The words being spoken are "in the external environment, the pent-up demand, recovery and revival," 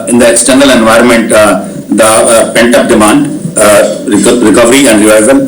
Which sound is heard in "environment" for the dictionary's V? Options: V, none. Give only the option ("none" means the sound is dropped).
V